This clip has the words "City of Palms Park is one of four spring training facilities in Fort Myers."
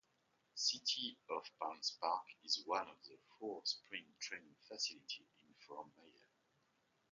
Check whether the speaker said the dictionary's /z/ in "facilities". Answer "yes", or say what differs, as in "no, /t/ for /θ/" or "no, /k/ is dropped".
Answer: no, /z/ is dropped